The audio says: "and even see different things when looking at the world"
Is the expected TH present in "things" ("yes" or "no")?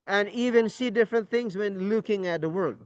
yes